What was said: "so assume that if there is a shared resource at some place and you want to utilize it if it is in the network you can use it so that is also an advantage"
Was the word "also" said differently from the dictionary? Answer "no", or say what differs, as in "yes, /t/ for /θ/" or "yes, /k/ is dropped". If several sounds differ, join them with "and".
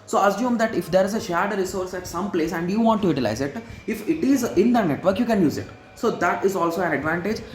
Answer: no